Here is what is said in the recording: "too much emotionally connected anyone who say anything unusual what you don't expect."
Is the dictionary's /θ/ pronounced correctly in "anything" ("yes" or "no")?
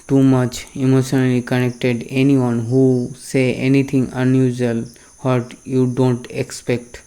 no